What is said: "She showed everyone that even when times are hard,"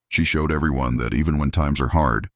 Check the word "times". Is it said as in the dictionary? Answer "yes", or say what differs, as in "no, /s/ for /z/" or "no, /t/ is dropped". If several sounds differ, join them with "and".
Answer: yes